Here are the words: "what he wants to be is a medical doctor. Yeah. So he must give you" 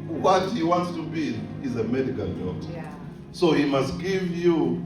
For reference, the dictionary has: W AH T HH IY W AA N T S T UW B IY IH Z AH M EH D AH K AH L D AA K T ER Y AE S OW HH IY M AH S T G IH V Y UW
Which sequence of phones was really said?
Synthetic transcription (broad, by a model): W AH T HH IY W AA N T S T UW B IY IH Z AH M EH D AH K AH L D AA T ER S OW HH IY M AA S T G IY V Y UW